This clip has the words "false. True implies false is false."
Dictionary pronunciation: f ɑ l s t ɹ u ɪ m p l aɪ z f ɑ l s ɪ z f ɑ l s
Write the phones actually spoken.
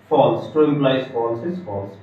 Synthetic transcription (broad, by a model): f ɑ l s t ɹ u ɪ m b l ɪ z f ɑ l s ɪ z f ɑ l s